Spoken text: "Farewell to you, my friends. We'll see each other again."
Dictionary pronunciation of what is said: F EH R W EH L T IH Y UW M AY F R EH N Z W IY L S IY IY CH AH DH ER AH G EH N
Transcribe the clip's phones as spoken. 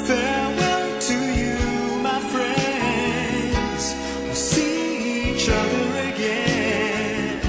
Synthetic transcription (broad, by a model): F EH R W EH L T IH Y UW M AY F R EH N Z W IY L S IY IY CH AH DH ER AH G EH N